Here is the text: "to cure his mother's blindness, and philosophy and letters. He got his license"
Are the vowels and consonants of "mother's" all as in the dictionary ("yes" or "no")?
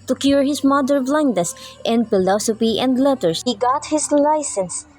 no